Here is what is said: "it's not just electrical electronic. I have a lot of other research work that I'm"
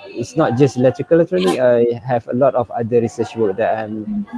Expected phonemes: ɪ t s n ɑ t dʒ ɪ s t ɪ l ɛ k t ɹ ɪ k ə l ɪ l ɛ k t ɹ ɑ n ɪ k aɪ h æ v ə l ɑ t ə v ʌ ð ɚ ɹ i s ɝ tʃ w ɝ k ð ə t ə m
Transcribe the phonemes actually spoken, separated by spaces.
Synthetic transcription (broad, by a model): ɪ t s n ɑ t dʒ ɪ s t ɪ l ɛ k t ɪ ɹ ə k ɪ l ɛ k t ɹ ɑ n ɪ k aɪ h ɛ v ə l ɑ t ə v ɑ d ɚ ɹ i s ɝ tʃ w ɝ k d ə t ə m